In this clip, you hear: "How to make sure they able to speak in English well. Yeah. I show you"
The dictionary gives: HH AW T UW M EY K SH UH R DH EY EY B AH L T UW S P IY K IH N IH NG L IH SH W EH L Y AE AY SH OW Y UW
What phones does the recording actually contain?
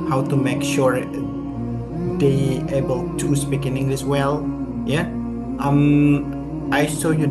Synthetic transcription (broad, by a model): HH AW T UW M EY K SH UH R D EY EY B AH L T UW S P IY K IH N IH NG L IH S W EH L Y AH AY S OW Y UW